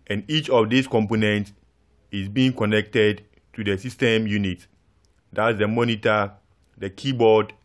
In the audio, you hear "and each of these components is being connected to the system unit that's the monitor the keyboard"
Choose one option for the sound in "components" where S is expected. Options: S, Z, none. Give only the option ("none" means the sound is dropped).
S